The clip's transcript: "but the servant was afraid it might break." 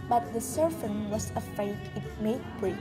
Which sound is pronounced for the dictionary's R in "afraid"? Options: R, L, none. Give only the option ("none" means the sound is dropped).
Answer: none